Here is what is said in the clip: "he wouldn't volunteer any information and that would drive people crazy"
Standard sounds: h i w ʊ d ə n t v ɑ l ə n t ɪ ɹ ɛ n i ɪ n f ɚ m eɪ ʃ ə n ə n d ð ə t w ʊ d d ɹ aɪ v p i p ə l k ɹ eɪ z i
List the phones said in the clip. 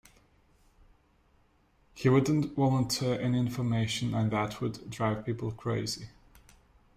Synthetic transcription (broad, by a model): h i w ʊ d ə n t w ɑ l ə n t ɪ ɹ ɛ n i ɪ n f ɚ m eɪ ʃ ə n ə n ð ə t w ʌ d d ɹ aɪ v p i p ə l k ɹ eɪ z i